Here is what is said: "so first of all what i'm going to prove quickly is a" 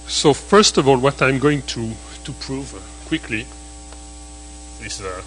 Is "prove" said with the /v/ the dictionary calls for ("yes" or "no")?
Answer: yes